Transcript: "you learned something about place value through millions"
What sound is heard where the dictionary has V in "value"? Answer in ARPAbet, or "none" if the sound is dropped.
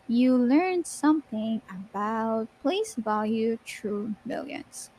V